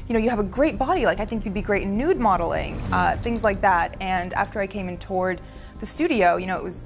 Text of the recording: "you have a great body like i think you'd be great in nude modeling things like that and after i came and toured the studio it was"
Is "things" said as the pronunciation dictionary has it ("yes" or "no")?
yes